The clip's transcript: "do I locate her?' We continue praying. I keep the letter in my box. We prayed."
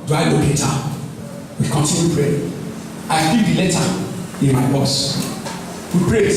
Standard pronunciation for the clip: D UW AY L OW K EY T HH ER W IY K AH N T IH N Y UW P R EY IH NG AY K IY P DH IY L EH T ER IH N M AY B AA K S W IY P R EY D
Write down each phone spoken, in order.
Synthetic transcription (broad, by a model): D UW AY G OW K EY T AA W IY K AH N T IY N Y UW P R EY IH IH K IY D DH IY L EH T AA IH N M AY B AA S W IY P R EY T